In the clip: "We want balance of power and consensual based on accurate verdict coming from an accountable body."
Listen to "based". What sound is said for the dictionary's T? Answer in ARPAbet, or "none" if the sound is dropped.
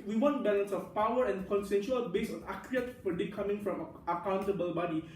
none